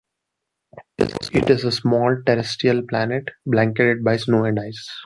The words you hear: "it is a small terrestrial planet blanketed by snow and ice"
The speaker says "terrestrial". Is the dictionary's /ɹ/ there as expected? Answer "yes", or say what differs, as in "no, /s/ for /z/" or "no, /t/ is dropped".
no, /ɹ/ is dropped